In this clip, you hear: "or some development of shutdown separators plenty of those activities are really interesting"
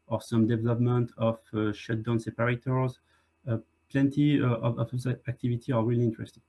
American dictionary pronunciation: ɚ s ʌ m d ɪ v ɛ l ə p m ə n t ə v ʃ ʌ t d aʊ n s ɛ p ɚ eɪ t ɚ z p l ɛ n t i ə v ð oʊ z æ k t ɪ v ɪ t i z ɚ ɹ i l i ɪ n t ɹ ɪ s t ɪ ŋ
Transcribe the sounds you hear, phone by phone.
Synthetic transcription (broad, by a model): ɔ s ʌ m d ɪ v ɛ l ə p m ə n t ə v ʃ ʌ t d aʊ n s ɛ p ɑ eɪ t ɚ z p l ɛ n t i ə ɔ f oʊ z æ k t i v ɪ t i ɚ ɹ i l i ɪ n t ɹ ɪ s t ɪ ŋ